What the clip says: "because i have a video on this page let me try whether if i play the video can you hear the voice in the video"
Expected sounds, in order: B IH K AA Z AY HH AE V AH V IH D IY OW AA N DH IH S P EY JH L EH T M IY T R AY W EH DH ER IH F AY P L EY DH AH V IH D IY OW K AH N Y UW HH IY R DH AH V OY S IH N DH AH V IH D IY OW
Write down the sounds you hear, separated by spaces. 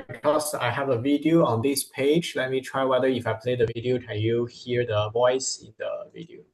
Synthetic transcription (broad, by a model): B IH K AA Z AY HH AE V AH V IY D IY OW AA N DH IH S P EY JH L EH T M IY T R AY W EH DH ER IH F AY P L EY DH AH V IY D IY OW K AH N Y UW HH IY R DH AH V OY S IH N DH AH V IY D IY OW